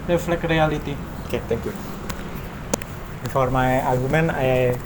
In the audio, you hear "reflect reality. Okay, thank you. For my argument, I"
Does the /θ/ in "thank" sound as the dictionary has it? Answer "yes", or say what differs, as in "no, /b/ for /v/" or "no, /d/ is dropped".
no, /t/ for /θ/